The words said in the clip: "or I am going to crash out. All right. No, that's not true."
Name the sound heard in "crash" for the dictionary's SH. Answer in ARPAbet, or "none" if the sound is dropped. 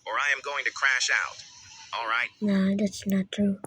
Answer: SH